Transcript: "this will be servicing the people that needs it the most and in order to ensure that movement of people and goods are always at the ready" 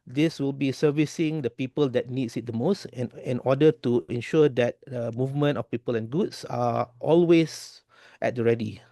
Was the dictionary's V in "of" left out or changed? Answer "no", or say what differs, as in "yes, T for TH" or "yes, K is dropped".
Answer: yes, F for V